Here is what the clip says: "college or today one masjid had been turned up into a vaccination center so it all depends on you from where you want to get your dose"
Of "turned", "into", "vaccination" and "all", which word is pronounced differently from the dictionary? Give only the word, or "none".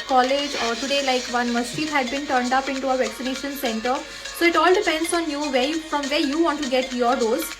none